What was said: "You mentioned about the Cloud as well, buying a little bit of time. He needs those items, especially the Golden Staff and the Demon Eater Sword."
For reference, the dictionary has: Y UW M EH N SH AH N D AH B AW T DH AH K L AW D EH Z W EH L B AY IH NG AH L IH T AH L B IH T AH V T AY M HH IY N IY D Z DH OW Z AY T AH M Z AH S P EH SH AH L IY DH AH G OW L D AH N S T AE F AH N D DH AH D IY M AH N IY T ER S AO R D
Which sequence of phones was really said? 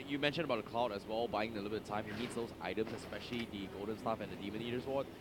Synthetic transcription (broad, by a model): Y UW M EH N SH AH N AH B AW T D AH K L AW D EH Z W EH L B AY IH NG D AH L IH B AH T AY M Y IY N IY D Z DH OW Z AY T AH M S AH S P EH SH AH L IY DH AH G OW L D AH N S T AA F AH N D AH D IY M AH N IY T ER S AO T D